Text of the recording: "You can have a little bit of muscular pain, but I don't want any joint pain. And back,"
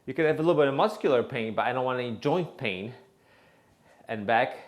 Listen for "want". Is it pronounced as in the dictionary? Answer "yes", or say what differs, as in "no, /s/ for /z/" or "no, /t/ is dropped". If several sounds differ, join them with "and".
no, /t/ is dropped